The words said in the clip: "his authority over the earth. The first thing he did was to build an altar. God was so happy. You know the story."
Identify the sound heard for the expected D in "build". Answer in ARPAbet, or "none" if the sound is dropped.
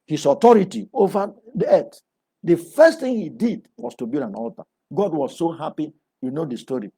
none